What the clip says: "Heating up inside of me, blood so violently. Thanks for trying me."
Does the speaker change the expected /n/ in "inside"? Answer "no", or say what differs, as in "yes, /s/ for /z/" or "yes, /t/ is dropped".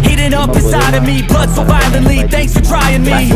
yes, /n/ is dropped